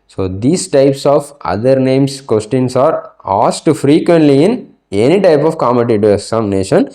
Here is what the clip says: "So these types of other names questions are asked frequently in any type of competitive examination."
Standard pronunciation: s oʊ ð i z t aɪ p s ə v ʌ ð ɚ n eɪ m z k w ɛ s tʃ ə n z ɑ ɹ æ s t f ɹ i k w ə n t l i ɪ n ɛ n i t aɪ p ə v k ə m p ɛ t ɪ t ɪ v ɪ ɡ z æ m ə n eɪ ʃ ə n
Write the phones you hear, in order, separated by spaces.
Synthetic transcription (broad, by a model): s oʊ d i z t aɪ p s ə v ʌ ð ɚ n eɪ m s k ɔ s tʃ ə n s ɑ ɹ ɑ s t f ɹ i k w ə n t l i ɪ n ɛ n i t aɪ p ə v k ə m ɛ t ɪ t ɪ ɪ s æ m n eɪ ʃ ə n